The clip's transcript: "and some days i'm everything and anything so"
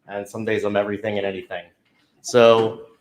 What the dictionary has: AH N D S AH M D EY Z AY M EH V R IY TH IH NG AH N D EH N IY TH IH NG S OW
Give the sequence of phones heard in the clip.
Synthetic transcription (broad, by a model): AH N S AH M D EY Z AY M EH V R IY TH IH NG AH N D EH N IY TH IH NG S OW